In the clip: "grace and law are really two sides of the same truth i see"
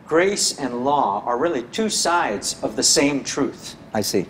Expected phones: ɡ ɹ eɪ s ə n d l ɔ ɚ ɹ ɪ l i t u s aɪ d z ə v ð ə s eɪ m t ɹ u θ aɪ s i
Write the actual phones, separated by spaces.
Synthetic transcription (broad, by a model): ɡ ɹ eɪ s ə n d l ɔ ɚ ɹ ɪ l i t u s aɪ d z ə v ð ə s eɪ m t ɹ u θ aɪ s i